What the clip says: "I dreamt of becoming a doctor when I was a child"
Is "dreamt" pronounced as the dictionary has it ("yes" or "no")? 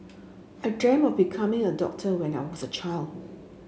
no